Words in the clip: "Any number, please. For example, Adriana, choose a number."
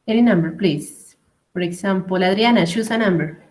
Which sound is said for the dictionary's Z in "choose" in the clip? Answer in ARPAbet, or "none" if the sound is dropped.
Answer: S